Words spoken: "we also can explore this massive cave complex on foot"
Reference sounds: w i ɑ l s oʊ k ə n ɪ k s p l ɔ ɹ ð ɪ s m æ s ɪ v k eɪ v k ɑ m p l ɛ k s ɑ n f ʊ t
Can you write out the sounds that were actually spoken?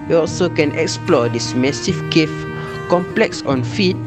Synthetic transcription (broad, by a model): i ɑ l s oʊ k ə n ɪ k s p l ɔ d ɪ s m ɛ s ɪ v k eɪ f k ɑ m p l ɛ k s ɑ n f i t